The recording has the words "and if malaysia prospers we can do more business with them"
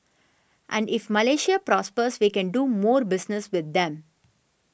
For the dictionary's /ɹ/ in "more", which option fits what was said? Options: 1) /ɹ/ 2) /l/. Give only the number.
1